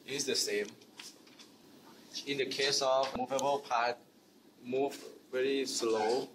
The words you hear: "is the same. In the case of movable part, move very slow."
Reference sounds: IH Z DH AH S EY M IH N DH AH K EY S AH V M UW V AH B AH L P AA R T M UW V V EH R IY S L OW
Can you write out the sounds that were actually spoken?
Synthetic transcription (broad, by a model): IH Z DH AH S EY M IH N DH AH K EY S AH V M UW V AH B AH L P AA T M UW V V EH R IY S L OW